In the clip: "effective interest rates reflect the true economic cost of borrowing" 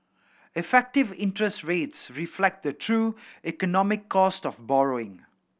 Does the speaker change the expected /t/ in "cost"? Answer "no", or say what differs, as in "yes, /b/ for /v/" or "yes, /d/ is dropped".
no